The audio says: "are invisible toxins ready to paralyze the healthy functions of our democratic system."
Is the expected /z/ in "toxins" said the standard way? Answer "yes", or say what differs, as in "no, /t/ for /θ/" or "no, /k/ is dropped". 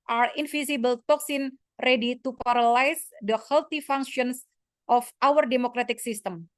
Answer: no, /z/ is dropped